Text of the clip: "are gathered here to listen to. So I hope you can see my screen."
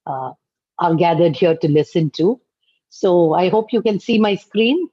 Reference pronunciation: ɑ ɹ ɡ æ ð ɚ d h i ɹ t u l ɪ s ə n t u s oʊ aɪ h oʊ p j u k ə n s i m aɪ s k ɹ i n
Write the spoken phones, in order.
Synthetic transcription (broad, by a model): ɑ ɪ ɡ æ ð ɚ d h i ɹ t u l ɪ s ə n t u s oʊ aɪ h oʊ p j u k ə n s i m aɪ s k ɹ i n